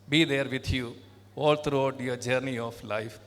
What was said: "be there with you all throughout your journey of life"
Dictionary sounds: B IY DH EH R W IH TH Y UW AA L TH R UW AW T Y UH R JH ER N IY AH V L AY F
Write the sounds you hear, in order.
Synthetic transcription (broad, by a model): B IY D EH R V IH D Y UW AA L T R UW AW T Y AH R JH ER N IY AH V L AY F